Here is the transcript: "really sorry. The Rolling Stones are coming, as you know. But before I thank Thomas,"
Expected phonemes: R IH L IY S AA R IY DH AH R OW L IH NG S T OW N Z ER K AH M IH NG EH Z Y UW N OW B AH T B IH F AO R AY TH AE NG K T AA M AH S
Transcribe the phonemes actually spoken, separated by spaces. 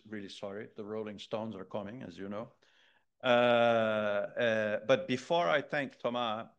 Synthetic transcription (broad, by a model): R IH L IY S AA R IY DH AH R OW L IH NG S T OW N Z ER K AH M IH NG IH Z Y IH N OW B AH T B IH F AO R AY TH AE NG K T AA M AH